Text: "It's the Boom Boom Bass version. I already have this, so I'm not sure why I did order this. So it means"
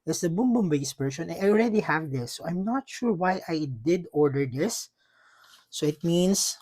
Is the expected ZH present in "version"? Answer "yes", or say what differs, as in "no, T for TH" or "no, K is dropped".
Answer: no, S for ZH